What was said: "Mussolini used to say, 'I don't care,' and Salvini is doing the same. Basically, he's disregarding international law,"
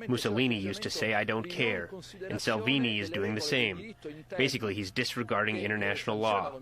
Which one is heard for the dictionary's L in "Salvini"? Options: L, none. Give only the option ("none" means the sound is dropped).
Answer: L